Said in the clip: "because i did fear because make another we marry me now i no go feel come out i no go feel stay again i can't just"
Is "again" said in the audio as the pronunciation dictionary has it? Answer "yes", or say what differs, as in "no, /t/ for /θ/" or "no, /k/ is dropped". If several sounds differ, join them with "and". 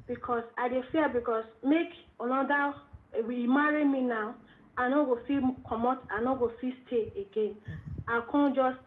yes